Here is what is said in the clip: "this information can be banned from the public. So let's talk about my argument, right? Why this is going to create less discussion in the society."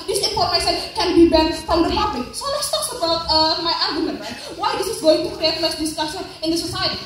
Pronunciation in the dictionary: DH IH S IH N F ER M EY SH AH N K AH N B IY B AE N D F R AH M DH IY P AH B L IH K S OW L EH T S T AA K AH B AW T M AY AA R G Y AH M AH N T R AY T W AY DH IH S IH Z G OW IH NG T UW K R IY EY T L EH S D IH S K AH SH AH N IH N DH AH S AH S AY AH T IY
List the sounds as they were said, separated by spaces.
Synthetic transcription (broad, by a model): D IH S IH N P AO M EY S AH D K AH N B IY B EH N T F R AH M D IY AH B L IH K S OW L EH T S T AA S AH B AW T M AY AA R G Y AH M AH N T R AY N W AY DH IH S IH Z G OW IH NG T UW K R IY EY T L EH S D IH S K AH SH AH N IH N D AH S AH S AY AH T IY